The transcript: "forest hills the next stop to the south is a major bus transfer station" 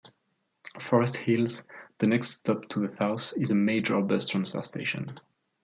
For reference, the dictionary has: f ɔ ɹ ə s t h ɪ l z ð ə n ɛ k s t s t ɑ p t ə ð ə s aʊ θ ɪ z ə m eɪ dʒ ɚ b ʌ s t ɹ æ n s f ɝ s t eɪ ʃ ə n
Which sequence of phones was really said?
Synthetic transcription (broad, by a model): f ɔ ɹ ə s t h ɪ l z ð ə n ɛ k s t s t ɑ p t ə ð ə θ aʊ s ɪ z ə m eɪ dʒ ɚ b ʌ s t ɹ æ n s f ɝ s t eɪ ʃ ə n